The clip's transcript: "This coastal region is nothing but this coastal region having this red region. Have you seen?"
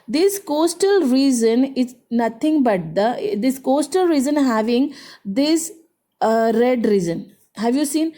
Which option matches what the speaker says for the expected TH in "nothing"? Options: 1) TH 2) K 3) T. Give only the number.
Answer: 3